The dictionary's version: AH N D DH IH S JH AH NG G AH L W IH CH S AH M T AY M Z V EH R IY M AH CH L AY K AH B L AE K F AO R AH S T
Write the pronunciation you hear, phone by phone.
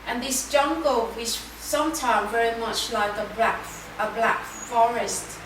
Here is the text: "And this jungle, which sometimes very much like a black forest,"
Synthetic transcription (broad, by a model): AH N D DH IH S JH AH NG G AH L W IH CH S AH M T AY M V EH R IY M AH CH L AY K AH B L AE K F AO R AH S T